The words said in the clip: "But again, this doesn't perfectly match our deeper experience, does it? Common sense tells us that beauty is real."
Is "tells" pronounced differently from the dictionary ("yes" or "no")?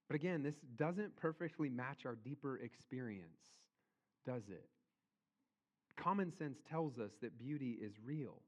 no